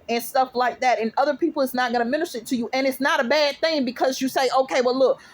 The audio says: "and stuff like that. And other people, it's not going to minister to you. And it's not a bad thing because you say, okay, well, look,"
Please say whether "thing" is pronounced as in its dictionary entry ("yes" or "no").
yes